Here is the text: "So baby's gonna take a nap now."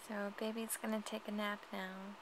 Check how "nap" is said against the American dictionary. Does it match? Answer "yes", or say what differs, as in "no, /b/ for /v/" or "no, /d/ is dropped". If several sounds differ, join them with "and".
yes